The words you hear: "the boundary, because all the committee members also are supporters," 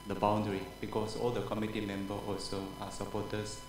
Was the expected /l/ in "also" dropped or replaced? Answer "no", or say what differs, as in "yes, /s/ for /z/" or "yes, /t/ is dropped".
no